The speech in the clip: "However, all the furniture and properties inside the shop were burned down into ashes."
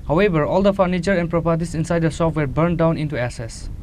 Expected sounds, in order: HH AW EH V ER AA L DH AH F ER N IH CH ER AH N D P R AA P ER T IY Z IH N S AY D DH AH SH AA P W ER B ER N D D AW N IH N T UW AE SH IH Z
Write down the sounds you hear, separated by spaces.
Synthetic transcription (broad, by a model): HH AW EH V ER AA L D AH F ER N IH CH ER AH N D P R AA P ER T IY S IH N S AY D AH S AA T W ER B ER N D D AW N IH N T UW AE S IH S